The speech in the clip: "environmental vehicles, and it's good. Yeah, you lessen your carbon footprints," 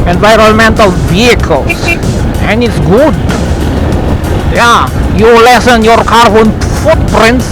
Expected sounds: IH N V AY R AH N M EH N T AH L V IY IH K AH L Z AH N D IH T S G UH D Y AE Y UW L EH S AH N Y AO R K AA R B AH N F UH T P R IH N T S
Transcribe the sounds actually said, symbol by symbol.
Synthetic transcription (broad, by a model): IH N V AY R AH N M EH N T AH L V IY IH K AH L S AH N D IH T S G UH D Y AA Y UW L EH S AH N Y AO R K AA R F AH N F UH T P R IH N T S